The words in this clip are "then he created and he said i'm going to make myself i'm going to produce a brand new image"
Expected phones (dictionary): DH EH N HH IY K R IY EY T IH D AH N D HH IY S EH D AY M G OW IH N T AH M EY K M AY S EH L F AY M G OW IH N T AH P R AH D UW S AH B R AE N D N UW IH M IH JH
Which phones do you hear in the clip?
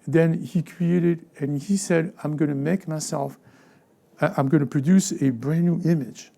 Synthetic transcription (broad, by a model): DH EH N HH IY K R IY EY T IH D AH N HH IY S EH D AY M G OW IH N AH M EY K M AY S EH L F AY M G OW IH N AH P R AH D UW S AH B R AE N N UW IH M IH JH